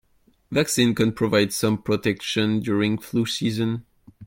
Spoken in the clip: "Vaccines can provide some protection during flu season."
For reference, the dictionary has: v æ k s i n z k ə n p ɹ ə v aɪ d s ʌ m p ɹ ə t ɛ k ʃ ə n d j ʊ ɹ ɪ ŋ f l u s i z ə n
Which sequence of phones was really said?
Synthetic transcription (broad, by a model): v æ k s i n k ə n p ɹ ə v aɪ d s ʌ m p ɹ ə t ɛ k ʃ ə n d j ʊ ɹ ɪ ŋ f l u s i z ə n